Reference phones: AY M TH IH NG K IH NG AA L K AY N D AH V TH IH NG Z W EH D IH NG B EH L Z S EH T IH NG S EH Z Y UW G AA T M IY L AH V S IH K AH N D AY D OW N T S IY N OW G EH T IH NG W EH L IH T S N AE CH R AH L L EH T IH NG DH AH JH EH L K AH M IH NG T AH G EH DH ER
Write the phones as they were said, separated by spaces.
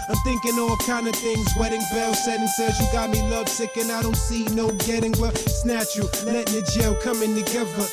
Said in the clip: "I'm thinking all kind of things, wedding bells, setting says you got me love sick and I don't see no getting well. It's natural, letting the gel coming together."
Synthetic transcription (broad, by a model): AY M TH IH NG K IH NG AA L K AY N D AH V TH IH NG Z W EH D IH NG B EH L S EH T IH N S EH Z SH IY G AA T M IY L AH V S IH K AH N AY D OW N T S IY N OW G EH T IH NG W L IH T S N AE CH AH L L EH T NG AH JH EH L K AH M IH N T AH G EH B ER